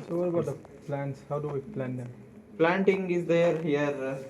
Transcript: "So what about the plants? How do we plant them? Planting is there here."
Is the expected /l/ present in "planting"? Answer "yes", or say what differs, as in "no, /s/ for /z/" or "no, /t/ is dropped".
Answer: yes